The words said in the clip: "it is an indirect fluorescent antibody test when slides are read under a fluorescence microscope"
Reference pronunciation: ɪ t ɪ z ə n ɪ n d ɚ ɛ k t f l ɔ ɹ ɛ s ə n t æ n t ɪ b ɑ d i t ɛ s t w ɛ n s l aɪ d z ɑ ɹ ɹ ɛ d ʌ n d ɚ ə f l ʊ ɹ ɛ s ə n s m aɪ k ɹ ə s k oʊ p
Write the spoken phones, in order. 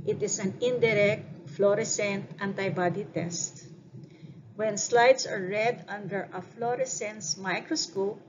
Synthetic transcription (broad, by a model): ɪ t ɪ s ə n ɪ n d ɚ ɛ k t f l ɔ ɹ ɛ s ə n t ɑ n t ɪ b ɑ d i t ɛ s t w ɛ n s l aɪ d s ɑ ɹ ɹ ɛ d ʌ n d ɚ ə f l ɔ ɹ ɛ s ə n s m aɪ k ɹ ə s k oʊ p